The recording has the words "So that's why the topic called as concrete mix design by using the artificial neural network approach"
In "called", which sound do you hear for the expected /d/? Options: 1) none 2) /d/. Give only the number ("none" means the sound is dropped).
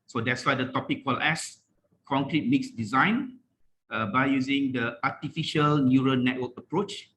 1